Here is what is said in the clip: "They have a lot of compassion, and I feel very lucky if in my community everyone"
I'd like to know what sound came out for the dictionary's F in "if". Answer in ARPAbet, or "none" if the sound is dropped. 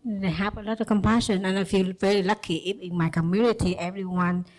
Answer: P